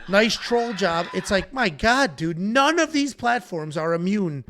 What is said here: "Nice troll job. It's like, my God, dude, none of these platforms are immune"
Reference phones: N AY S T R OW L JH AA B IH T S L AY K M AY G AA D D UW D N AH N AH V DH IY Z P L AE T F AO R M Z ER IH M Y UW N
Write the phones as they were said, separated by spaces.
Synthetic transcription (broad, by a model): N AY S T R OW L JH AA B IH T S L AY K M AY G AA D D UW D N AH N AH V DH IY Z P L AE T F AO R M Z ER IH M Y UW N